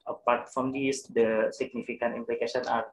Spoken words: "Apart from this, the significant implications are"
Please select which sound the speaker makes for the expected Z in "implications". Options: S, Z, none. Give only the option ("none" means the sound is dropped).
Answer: none